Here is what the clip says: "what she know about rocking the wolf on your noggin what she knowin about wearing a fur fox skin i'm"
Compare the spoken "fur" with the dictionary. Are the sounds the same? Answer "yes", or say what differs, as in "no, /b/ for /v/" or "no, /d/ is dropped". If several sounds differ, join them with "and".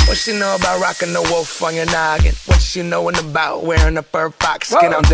no, /p/ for /f/